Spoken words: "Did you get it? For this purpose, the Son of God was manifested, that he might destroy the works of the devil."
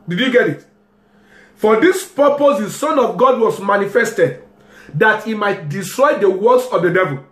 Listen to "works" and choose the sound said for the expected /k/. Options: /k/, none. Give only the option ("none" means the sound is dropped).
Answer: none